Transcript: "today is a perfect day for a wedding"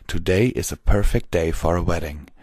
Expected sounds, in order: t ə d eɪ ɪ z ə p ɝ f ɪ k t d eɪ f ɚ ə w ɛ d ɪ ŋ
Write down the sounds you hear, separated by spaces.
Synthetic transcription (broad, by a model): t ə d eɪ ɪ z ə p ɝ f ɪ k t d eɪ f ɚ ə w ɛ d ɪ ŋ